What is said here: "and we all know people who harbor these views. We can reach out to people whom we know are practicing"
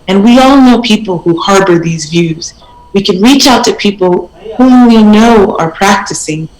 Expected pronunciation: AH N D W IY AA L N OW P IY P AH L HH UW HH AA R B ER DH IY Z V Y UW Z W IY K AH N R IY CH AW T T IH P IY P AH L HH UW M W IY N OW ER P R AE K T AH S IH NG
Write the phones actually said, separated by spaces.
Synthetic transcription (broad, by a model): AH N W IY AA L N OW P IY P L HH UW HH AA R B ER DH IY Z V Y UW Z W IY K AH N R IY CH AW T T IH P IY P L HH UW M W IY N OW ER P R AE K T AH S IH NG